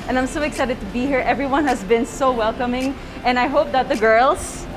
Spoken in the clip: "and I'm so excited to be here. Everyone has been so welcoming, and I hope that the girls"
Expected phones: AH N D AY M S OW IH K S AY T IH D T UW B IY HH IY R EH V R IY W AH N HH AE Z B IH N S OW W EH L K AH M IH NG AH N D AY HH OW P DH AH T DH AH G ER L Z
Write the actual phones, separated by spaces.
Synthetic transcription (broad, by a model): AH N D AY M S OW IH K S AY T IH D T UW B IY HH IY R EH V R IY W AH N HH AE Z B IH N S OW W EH L K AH M IH NG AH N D AY HH OW P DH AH T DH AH G ER L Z